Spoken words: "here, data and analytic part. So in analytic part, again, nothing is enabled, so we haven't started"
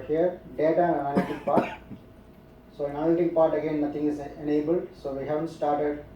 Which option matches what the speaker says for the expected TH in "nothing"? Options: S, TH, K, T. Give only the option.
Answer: T